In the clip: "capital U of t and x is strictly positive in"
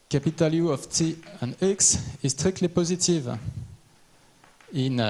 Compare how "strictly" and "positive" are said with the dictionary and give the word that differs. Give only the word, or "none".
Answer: strictly